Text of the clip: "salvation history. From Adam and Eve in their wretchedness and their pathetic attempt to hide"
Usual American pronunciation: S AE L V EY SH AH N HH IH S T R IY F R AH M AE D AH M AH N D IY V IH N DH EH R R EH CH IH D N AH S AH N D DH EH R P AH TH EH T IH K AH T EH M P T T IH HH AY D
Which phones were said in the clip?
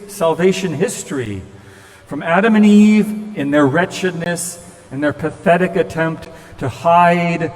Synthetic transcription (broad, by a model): S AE L V EY SH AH N HH IH S T R IY F R AH M AE D AH M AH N IY V IH N DH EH R R EH CH IH D N AH S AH N DH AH R P AH TH EH T IH K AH T EH M P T T IH HH AY D